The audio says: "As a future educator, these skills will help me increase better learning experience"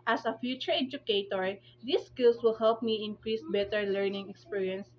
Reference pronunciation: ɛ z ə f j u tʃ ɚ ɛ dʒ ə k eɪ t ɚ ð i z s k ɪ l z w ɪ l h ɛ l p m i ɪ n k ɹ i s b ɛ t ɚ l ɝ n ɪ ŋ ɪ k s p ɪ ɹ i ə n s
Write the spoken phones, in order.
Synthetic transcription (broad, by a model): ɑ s ə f j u tʃ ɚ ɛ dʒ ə k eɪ t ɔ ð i s k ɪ l s w ɪ l h ɛ l p m i ɪ n k ɹ i s b ɛ t ɚ l ɝ n ɪ ŋ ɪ k s p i ɹ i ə n s